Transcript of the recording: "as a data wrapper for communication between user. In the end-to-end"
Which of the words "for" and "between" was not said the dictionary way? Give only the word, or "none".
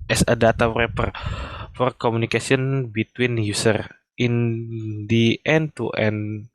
none